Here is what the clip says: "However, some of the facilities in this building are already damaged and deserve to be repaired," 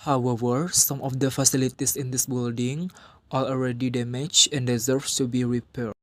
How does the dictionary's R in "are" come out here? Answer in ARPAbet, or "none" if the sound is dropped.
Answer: L